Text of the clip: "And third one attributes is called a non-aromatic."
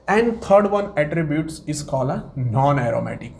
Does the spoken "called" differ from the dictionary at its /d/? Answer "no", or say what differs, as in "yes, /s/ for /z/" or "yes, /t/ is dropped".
yes, /d/ is dropped